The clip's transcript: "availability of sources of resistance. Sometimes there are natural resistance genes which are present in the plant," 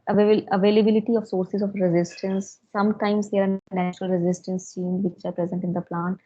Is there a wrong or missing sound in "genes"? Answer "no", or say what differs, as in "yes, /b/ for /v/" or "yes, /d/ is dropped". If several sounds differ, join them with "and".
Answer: yes, /tʃ/ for /dʒ/